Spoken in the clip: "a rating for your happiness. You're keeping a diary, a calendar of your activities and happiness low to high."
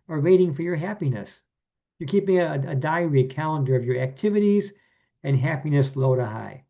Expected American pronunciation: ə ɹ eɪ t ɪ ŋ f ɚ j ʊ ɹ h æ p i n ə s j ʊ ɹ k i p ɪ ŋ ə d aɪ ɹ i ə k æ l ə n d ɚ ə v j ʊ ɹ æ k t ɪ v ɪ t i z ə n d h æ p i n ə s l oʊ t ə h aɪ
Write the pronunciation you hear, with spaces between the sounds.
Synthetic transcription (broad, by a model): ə ɹ eɪ t ɪ ŋ f ɚ j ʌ ɹ h æ p i n ə s j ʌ ɹ k i p ɪ ŋ ə d aɪ ɹ i k æ l ə n d ɚ ə v j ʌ ɹ æ k t ɪ v ɪ t i z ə n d h æ p i n ə s l oʊ t ə h aɪ